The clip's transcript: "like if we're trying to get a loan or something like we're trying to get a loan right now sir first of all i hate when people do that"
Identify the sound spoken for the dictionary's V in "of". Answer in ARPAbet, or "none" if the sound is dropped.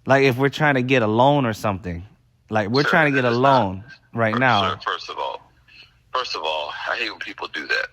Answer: V